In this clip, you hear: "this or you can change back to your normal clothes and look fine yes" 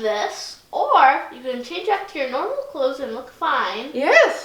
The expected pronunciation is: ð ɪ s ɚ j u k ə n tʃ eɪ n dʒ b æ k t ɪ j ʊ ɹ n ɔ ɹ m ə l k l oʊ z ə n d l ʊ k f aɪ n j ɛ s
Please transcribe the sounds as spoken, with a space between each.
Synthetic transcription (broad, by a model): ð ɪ s ɚ j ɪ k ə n tʃ eɪ n dʒ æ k t ɪ j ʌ ɹ n ɔ ɹ m l k l oʊ z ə n l ʊ k f aɪ n j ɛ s